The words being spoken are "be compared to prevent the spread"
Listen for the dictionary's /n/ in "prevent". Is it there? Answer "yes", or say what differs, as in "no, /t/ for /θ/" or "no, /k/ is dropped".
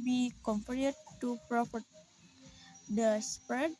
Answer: no, /n/ is dropped